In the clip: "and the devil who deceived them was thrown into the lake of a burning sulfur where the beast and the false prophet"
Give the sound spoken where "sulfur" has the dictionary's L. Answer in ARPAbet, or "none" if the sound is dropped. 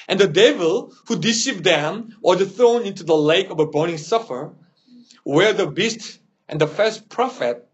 none